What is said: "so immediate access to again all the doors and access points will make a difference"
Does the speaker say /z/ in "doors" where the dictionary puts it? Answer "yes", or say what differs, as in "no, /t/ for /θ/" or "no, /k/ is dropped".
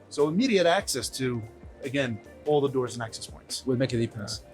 yes